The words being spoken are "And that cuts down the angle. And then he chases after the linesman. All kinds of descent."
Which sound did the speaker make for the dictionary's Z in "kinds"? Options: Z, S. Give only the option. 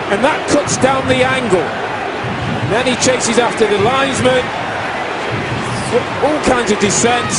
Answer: Z